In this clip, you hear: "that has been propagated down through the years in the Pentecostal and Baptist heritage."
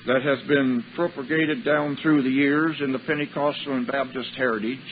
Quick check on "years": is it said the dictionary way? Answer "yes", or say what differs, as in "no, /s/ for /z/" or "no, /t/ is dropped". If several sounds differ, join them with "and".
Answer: yes